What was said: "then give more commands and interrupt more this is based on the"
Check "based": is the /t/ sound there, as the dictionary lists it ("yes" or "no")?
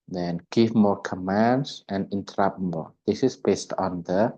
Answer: yes